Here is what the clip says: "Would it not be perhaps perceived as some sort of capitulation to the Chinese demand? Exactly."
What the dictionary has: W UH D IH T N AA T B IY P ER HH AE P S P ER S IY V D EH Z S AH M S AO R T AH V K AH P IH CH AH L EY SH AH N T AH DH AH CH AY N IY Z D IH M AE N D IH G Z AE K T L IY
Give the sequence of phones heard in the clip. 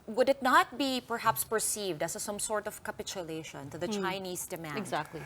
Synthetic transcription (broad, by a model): W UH D IH T N AA T B IY P ER HH AE P S P ER S IY V D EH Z S AH M S AO R T AH V K AH P IH CH AH L EY SH AH N T AH DH AH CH AY N IY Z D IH M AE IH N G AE K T L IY